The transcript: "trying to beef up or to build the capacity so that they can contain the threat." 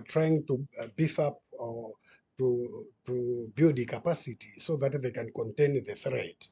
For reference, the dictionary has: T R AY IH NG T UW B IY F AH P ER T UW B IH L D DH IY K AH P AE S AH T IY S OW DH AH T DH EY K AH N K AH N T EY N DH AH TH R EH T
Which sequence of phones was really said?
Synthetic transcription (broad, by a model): T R AY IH NG T UW B IY F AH P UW T UW B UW D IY K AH P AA S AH T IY S OW DH AH T DH EY K AH N K AH N T EY N DH AH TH R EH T